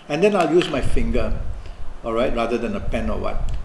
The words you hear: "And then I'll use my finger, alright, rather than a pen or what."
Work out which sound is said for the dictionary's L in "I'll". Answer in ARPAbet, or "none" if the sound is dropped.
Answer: L